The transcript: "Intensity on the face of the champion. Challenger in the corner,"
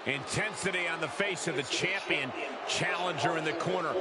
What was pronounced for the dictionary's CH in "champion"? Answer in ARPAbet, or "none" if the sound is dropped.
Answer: CH